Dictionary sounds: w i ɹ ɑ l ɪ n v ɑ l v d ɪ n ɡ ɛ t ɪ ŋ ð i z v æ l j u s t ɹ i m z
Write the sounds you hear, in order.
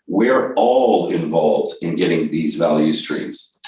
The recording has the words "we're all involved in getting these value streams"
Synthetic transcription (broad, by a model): w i ɹ ɑ l ɪ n v ɑ l v d ɪ n ɡ ɛ t ɪ ŋ ð i z v æ l j u s t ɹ i m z